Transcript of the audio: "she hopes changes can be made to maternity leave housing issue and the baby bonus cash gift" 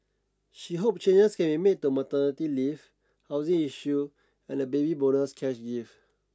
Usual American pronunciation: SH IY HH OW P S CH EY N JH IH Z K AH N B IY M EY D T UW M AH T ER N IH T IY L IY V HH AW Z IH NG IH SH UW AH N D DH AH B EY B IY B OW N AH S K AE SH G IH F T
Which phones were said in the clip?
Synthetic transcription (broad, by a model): SH IY HH OW P CH EY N JH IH S K AH N B IY M EY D T UW M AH T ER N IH T IY L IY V HH AW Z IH NG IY SH UW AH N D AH B EY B IY B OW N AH S K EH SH G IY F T